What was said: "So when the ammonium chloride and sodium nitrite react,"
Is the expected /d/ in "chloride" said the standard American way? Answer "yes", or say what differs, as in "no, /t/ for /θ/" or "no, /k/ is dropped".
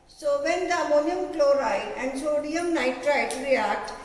no, /d/ is dropped